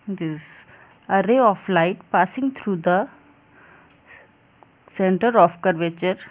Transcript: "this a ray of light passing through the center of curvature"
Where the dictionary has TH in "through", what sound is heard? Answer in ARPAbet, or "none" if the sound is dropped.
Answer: T